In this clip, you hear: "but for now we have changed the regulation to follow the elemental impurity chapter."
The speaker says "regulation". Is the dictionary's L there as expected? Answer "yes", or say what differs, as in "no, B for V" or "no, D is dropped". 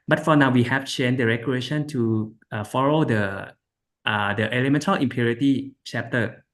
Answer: no, L is dropped